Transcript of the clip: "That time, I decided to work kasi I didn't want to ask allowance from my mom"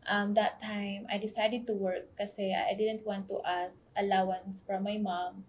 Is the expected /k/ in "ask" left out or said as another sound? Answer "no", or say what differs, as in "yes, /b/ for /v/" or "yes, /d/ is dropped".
yes, /k/ is dropped